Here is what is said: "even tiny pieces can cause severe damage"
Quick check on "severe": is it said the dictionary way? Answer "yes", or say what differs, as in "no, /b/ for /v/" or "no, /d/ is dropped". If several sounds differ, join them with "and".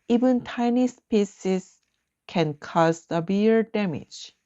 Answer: no, /b/ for /v/